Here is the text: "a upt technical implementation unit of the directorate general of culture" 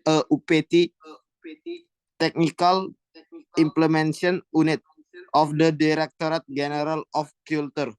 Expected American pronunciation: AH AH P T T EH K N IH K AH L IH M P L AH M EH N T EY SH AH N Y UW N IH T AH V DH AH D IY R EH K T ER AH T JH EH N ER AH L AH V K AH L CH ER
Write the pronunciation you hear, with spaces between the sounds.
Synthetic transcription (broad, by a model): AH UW P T T EH K N IH K AH L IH M P L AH M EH N S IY AH N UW N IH T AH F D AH D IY R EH K T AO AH T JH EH N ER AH L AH F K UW L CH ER